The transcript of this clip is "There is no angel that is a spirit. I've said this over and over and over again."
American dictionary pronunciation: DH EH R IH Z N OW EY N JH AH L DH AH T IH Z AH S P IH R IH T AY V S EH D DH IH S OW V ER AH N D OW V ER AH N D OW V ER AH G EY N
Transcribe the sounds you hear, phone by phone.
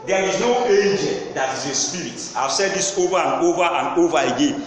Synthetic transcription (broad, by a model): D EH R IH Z N OW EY JH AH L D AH T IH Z AH S P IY R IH T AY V S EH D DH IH S OW V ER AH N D OW V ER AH N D OW V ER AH G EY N